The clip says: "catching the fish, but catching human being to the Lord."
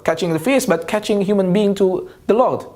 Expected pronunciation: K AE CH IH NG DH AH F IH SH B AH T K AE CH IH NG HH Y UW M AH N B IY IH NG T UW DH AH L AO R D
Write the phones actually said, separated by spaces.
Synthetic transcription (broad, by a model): K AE CH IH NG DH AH F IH S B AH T K AE CH IH NG HH Y UW M AH N B IY IH NG T UW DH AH L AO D